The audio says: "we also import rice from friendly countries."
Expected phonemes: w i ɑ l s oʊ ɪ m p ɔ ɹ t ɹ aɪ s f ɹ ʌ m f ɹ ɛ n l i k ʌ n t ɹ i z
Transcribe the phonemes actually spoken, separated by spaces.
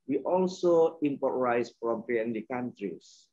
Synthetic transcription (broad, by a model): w i ɑ l s oʊ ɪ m p ɔ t ɹ aɪ s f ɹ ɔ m p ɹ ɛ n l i k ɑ n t ɹ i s